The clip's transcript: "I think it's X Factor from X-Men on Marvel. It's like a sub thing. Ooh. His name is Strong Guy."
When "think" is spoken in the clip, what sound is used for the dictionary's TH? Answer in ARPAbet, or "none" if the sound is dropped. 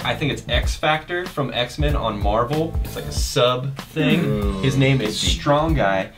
TH